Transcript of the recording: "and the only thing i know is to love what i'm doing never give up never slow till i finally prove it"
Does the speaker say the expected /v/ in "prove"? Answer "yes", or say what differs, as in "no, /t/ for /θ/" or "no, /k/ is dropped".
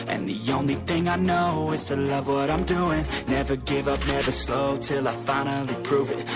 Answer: yes